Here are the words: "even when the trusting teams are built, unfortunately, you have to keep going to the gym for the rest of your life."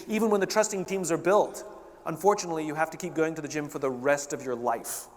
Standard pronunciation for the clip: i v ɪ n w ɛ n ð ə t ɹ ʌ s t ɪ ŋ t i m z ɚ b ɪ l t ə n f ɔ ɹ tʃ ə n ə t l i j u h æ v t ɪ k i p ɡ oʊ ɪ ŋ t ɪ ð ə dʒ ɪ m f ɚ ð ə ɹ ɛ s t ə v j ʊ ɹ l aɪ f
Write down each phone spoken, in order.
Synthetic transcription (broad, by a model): i v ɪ n w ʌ n ð ə t ɹ ʌ s t ɪ ŋ t i m z ɚ b ɪ l t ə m f ɔ ɹ tʃ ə n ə t l i j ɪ h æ f t ɪ k i p ɡ oʊ ɪ ŋ t ɪ ð ə dʒ ɪ m f ɚ ð ə ɹ ɛ s t ə v j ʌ ɹ l aɪ f